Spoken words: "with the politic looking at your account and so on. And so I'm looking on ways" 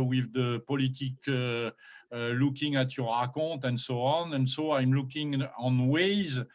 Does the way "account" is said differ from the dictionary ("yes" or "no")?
yes